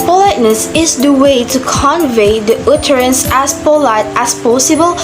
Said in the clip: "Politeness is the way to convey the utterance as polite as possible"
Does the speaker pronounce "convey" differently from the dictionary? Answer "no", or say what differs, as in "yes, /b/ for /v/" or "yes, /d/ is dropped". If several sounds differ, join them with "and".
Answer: no